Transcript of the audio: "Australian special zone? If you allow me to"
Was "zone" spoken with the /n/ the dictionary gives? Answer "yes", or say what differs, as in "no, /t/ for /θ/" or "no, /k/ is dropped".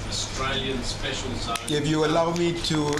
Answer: no, /n/ is dropped